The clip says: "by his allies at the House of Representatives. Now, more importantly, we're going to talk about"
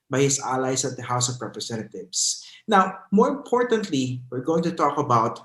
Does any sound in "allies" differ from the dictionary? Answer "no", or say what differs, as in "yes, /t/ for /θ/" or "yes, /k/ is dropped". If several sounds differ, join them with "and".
yes, /s/ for /z/